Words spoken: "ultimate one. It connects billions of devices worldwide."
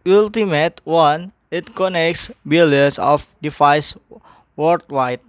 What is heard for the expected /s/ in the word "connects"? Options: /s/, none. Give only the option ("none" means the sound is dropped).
/s/